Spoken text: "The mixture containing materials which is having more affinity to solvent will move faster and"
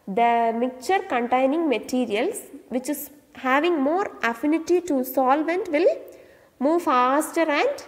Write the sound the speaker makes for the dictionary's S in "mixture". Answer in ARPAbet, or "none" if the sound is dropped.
none